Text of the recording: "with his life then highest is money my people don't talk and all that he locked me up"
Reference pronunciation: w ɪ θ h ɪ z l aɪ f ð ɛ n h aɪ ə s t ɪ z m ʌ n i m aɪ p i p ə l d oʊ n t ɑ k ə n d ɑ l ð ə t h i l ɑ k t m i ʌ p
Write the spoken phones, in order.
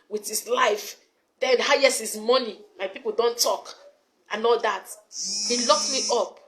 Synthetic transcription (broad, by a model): w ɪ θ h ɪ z l aɪ f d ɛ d h aɪ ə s ɪ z m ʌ n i m aɪ p i p ə l d oʊ n t ɑ k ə n ɑ l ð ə t h i l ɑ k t m i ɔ p